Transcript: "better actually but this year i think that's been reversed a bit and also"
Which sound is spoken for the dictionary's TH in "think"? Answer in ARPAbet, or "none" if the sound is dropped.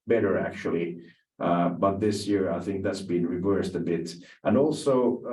TH